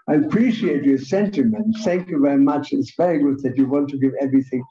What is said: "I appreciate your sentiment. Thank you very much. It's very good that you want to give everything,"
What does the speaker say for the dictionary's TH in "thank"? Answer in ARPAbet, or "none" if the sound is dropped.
TH